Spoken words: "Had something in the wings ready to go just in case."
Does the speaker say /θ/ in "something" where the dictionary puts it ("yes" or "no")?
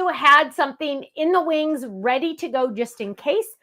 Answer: yes